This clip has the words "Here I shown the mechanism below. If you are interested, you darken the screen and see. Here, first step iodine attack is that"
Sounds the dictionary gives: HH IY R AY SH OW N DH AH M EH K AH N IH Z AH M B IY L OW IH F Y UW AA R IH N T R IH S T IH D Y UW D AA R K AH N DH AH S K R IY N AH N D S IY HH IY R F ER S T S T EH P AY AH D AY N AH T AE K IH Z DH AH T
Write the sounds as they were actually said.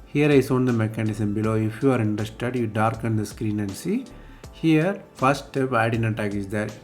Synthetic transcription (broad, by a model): HH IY R AY S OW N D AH M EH K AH N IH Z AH M B IY L OW IH F Y UW AA R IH N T R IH S T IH D Y UW D AA R K AH N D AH S K R IY N AH N D S IY HH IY R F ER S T S T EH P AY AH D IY N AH T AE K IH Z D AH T